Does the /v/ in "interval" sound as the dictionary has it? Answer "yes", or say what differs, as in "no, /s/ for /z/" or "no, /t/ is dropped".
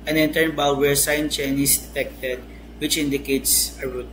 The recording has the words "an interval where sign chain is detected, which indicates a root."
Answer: no, /b/ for /v/